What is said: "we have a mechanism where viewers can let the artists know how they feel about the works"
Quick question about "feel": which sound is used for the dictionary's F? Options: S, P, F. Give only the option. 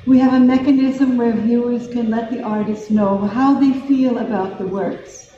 F